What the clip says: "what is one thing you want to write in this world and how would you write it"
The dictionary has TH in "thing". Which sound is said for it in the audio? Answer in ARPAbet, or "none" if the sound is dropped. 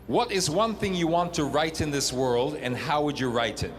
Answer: TH